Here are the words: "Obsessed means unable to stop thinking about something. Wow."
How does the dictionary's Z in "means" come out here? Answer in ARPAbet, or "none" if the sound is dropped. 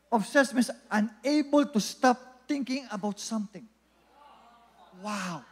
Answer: S